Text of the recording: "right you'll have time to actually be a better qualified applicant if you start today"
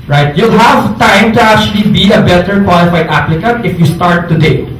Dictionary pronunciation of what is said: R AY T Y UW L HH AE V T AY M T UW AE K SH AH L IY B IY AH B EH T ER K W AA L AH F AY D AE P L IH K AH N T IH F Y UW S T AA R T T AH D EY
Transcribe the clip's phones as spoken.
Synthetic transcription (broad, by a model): R AY T Y UW L HH AE V T AY M T UW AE K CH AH L IY B IY AH B EH T ER K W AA L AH F AY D AE P L IH K AH N T IH F Y UW S T AA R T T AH D EY